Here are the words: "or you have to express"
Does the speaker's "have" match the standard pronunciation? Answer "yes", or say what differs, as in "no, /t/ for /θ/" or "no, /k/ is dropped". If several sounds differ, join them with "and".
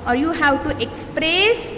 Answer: no, /w/ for /v/